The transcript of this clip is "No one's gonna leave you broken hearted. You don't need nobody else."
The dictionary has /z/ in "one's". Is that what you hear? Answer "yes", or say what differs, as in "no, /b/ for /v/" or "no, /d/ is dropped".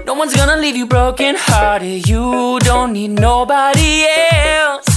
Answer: yes